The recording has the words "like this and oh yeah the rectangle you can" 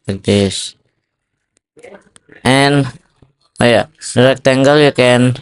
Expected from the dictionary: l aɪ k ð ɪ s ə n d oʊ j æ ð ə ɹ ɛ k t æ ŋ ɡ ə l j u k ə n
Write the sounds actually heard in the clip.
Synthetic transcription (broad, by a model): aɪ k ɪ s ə n oʊ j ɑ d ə ɹ ɛ k t æ ŋ ɡ ə l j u k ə n